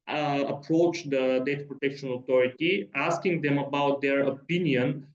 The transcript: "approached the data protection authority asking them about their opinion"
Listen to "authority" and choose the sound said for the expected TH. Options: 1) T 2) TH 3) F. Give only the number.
1